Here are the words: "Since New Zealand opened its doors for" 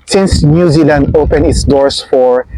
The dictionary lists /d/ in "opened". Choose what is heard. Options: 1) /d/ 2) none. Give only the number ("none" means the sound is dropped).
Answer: 2